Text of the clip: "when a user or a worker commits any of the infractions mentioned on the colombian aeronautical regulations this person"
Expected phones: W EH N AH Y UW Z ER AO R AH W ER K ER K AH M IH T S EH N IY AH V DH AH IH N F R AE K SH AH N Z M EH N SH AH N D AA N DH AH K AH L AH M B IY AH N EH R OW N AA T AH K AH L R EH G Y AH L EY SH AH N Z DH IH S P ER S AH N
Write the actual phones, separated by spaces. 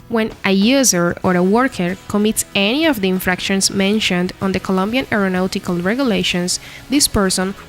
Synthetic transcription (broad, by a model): W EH N AH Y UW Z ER AO R AH W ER K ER K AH M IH T S EH N IY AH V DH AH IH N F R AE K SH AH N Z M EH N SH AH N D AA N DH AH K AH L AH M B IY AH N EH R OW N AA T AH K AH L R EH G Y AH L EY SH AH N S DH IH S P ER S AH N